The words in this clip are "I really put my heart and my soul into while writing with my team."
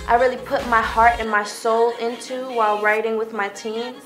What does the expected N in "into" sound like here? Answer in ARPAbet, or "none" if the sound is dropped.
N